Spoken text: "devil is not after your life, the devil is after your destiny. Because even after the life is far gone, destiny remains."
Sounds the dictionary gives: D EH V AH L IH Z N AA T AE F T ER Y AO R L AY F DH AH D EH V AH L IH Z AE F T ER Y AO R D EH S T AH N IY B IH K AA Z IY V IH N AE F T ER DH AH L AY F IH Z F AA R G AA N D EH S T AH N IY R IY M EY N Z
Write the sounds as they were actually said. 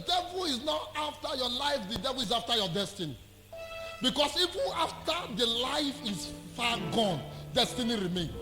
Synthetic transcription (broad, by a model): D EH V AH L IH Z N AA T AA F T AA Y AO L AY F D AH D EH V AH L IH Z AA F T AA Y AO D EH S T AH N IY B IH K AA S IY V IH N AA F T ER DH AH L AY F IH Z F AA G AA N D EH S T AH N IY R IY M EY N